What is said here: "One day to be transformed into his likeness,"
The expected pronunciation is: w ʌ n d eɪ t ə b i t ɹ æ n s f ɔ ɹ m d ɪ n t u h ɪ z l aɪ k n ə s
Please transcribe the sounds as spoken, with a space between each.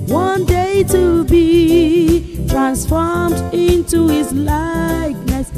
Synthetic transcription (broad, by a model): w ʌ n d eɪ t ə b i t ɹ æ n s f ɔ ɹ m d ɪ n t u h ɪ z l aɪ k n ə s